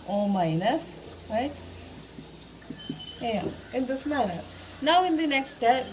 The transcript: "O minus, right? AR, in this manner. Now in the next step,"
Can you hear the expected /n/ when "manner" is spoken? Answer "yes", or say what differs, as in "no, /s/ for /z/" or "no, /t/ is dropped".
no, /l/ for /n/